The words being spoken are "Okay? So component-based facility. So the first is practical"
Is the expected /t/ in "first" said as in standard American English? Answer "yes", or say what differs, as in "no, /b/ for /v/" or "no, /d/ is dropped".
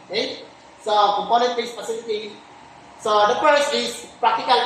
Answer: no, /t/ is dropped